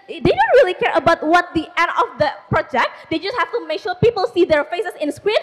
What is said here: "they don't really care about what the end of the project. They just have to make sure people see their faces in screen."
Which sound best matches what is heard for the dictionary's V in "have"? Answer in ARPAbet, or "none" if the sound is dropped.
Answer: F